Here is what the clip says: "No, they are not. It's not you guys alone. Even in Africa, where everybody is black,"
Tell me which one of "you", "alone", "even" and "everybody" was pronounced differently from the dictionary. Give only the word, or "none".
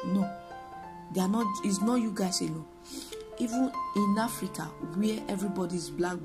alone